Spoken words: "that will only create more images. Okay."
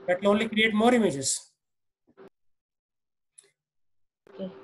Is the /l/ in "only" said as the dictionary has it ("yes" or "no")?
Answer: yes